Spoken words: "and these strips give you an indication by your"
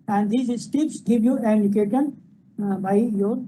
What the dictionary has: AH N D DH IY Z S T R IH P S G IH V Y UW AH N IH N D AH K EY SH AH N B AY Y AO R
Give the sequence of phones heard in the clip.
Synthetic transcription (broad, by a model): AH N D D IY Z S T IH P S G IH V Y UW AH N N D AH K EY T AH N B AY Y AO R